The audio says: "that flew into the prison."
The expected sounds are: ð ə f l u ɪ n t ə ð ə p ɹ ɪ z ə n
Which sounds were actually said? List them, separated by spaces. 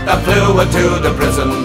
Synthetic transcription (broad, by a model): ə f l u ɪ t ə ð ə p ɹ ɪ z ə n